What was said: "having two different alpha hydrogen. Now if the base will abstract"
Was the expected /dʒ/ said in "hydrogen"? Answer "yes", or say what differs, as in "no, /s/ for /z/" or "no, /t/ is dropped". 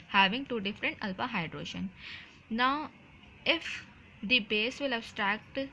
no, /ʃ/ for /dʒ/